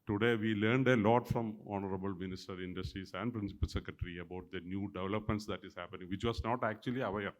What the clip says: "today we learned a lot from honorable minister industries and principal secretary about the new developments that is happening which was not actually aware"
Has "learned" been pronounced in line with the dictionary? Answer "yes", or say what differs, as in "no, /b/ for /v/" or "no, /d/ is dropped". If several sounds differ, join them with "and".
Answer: yes